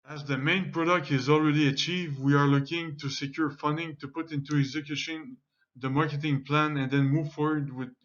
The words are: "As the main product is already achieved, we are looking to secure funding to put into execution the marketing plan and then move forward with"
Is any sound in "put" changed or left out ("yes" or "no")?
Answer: no